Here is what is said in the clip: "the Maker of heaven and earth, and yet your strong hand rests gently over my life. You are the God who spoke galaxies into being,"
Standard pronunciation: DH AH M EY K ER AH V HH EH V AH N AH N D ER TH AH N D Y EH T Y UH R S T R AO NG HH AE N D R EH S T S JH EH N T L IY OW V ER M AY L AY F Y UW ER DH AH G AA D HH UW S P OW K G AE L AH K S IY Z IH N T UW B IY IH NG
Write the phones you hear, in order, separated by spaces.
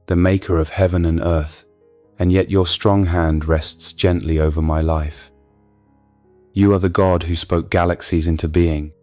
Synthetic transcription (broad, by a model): DH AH M EY K ER AH V HH EH V AH N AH N ER TH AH N Y EH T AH R S T R AO NG HH AE N D R EH S T S JH EH N T L IY OW V ER M AY L AY F Y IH ER DH AH G AA D HH UW S P OW K G AE L AH K S IY Z IH N T UW B IY IH NG